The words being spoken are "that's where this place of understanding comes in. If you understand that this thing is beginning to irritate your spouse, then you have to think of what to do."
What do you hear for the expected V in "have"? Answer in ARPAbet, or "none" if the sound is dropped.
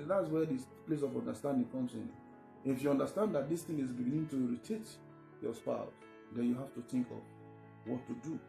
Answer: F